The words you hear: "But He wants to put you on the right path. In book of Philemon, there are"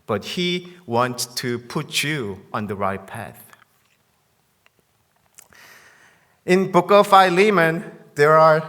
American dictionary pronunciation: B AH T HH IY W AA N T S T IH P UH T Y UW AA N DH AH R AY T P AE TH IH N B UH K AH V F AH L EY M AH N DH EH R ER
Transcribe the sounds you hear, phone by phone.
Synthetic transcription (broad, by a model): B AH T HH IY W AA N T S T IH P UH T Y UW AA N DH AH R AY T P AE TH IH N B UH K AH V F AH L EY M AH N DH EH R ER